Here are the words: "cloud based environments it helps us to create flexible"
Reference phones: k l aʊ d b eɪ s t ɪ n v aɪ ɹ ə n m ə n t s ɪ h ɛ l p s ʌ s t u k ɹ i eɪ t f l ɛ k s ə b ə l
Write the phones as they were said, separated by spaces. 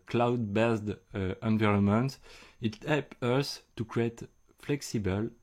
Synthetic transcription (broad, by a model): k l aʊ d b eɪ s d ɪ n v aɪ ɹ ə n m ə n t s ɪ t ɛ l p ʌ s t u k ɹ i eɪ t f l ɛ k s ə b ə l